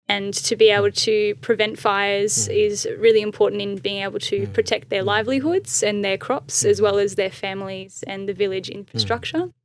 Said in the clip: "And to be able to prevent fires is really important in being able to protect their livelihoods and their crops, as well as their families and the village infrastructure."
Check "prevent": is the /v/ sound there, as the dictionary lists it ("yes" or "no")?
yes